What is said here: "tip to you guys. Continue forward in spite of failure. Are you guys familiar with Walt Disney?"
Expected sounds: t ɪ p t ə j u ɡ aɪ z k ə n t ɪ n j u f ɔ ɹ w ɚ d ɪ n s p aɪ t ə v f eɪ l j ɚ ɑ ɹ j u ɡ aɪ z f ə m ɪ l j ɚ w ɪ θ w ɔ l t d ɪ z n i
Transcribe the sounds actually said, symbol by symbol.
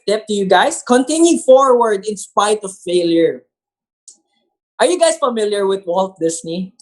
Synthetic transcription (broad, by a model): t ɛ p t ə j u ɡ aɪ s k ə n t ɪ n j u f ɔ ɹ w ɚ d ɪ n s p aɪ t ə v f eɪ l j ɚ ɑ ɹ j u ɡ aɪ s f ə m ɪ l j ɚ w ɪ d w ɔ l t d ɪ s n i